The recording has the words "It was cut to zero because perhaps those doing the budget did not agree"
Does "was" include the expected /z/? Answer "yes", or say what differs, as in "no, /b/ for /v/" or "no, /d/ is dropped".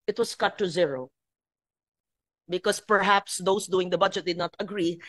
no, /s/ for /z/